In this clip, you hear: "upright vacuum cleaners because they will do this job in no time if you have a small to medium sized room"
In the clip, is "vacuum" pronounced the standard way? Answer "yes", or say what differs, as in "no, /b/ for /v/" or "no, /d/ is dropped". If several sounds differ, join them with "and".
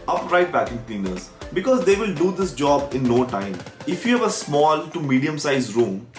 no, /b/ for /v/